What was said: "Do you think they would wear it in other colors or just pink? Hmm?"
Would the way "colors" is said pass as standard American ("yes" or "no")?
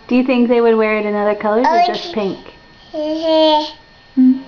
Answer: no